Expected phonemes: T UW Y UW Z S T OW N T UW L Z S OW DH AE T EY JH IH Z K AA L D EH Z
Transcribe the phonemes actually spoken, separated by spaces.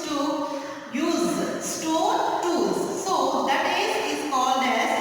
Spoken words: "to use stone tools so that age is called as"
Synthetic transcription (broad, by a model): T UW Y UW Z S T OW N T UW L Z S OW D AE T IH Z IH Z K AA L D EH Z